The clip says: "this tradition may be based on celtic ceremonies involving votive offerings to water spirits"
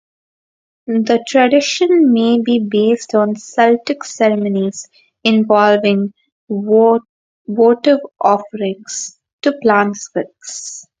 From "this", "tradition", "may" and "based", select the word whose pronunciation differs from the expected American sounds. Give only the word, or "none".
this